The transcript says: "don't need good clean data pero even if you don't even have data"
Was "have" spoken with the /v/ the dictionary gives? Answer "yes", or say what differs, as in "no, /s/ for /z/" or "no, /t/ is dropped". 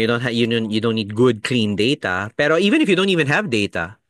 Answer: yes